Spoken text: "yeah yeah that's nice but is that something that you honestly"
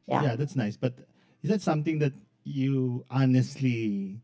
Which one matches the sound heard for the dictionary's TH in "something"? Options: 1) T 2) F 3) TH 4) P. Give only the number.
1